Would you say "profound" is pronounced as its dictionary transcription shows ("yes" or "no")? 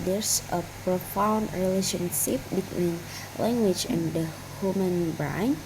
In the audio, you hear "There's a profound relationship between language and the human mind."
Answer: yes